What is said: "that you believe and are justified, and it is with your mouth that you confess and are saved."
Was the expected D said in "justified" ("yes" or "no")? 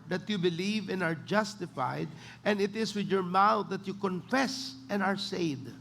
yes